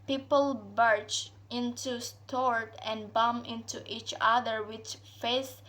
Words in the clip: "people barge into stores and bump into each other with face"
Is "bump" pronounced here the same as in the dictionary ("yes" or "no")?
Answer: no